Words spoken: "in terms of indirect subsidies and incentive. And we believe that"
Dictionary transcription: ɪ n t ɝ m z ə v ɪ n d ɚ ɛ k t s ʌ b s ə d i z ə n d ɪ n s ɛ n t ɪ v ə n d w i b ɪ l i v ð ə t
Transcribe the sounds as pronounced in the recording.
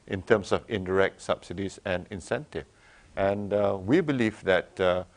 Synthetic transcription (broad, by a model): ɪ n t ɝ m s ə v ɪ n d ɚ ɛ k t s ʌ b s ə d i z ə n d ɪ n s ɛ n t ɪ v ə n d w i b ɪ l i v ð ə t